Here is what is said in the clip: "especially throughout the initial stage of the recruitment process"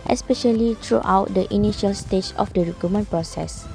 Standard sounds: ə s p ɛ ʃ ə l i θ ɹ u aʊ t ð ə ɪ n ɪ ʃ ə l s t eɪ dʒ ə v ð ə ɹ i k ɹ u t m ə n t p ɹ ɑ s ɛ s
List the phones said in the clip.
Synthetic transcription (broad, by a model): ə s p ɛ ʃ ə l i t ɹ u aʊ t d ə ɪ n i ʃ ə l s t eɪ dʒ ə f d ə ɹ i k u m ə n p ɹ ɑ s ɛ s